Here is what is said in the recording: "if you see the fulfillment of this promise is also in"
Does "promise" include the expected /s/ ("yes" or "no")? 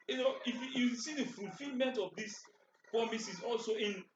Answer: yes